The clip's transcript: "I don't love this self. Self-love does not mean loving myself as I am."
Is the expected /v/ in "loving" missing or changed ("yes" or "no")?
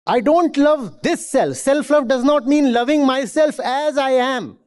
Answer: no